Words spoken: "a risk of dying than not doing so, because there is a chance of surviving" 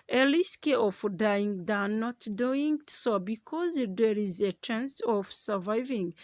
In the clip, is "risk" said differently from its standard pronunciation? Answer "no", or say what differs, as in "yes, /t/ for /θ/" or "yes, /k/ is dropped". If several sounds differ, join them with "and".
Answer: yes, /l/ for /ɹ/